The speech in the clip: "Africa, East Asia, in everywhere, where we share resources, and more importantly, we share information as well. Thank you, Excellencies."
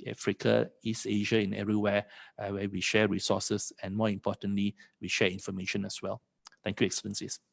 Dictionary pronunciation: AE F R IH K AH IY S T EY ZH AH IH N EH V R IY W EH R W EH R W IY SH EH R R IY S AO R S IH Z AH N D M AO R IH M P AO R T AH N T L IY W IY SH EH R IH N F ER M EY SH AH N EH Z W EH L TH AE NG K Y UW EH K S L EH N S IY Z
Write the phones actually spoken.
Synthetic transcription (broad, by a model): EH F R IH K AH IY S T EY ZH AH IH N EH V R IY W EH W EH W IY SH EH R R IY S AO S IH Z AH N M AO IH M P AO T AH N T L IY W IY SH EH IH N F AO M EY SH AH N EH S W EH L T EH NG K Y UW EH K S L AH N S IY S